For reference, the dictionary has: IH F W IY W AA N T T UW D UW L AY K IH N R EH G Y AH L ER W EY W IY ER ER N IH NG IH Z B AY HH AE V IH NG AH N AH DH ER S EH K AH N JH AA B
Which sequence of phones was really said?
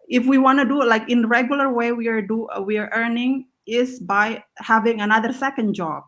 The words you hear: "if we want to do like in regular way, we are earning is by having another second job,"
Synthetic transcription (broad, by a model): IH F W IY W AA N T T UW D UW L AY K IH N R EH G Y AH L ER W EY W IY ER ER N IH NG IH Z B AY HH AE V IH NG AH N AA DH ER S EH K AH N JH AA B